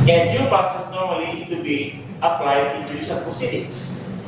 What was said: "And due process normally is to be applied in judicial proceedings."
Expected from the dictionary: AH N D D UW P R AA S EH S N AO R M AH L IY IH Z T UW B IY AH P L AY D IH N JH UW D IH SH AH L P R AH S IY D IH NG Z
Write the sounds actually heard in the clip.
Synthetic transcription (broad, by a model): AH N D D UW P AA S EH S N AO R M AH L IY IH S T UW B IY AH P L AY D IH N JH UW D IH S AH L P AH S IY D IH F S